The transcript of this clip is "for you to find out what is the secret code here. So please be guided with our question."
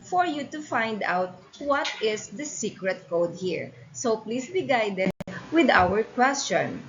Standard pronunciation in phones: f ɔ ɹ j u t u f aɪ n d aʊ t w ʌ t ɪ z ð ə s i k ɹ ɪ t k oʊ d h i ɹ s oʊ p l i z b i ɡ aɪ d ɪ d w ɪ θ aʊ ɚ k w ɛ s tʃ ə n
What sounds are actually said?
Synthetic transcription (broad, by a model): f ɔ ɹ j u t u f aɪ n d aʊ t w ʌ t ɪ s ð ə s i k ɹ ɪ t k oʊ d h i ɹ s oʊ p l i s b i ɡ aɪ d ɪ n w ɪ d aʊ ɚ k w ɛ s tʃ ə n